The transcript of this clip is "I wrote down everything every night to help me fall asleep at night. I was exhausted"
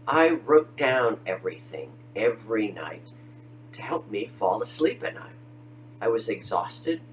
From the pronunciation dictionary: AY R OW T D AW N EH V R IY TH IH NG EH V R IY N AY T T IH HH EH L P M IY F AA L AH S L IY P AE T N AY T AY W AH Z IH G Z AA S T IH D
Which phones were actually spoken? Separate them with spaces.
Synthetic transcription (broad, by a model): AY R OW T D AW N EH V R IY TH IH NG EH V R IY N AY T T IH HH EH L P M IY F AA L AH S L IY P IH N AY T AY W AH Z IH G Z AA S T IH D